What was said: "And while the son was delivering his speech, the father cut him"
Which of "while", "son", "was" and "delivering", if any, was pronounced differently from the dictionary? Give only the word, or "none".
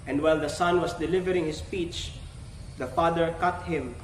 was